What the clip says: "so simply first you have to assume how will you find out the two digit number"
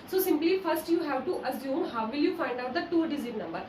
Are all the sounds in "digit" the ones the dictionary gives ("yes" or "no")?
no